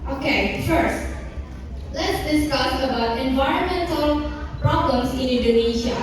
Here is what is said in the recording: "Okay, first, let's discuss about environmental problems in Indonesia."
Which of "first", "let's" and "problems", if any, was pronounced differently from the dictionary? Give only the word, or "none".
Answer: problems